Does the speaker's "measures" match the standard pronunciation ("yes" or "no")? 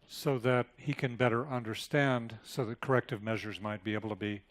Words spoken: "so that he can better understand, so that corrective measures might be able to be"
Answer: yes